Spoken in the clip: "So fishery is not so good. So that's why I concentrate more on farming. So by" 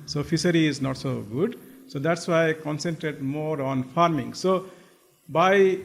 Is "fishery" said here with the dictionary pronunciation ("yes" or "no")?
no